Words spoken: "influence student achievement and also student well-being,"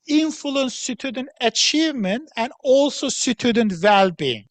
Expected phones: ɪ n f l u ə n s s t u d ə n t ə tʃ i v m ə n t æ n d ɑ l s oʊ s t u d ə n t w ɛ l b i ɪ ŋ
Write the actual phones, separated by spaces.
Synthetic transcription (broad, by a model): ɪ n f l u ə n s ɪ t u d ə n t ə tʃ i v m ə n t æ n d ɑ l s oʊ s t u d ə n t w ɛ l b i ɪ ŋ